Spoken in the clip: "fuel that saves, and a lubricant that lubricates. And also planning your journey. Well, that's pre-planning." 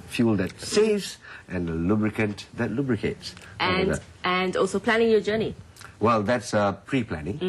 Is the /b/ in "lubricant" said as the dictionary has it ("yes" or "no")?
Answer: yes